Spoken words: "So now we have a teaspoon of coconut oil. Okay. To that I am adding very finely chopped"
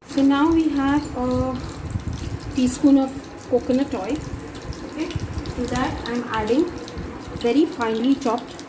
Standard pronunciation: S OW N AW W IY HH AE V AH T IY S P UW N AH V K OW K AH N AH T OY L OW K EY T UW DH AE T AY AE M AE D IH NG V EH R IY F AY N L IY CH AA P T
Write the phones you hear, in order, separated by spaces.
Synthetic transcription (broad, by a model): S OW N AW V IY HH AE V AH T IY S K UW N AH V K OW K AH N AH T OY OW K EY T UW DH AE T AY M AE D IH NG V EH R IY F AY N L IY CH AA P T